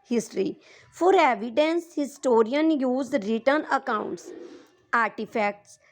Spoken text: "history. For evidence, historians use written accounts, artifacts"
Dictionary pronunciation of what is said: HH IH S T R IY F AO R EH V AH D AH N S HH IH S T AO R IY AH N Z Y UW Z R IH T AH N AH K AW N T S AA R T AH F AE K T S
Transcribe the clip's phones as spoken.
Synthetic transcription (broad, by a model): HH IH S T R IY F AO R EH V AH D AH N S HH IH S T AO R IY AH N Y UW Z R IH T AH N AH K AW N T S AA R T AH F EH K T S